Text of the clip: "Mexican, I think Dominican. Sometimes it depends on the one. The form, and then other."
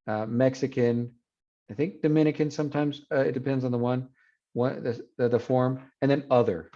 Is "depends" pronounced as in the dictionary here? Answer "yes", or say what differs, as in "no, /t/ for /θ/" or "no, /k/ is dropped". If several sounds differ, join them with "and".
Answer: yes